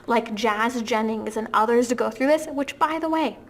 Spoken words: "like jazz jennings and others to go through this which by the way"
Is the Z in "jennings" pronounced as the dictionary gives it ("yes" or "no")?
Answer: yes